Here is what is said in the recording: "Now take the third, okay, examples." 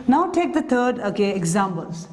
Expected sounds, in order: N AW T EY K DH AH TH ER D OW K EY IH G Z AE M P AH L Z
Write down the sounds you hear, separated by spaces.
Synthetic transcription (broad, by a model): N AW T EY K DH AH T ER D OW K EY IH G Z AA M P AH L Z